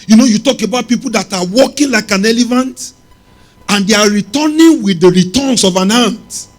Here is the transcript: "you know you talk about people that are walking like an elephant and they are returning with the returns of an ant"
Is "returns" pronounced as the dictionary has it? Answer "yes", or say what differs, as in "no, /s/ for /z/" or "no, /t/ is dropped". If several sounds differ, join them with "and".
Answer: no, /s/ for /z/